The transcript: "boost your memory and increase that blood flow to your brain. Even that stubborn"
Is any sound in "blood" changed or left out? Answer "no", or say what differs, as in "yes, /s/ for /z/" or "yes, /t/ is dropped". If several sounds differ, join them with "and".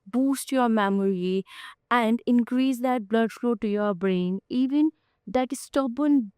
no